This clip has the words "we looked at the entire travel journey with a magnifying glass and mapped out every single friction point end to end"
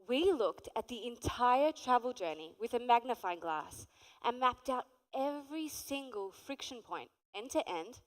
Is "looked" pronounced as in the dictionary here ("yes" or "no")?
yes